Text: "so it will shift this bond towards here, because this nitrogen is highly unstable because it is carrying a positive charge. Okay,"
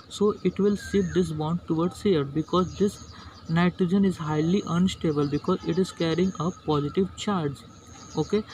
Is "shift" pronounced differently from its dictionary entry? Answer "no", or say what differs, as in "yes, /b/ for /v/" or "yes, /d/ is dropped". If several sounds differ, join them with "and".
yes, /s/ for /ʃ/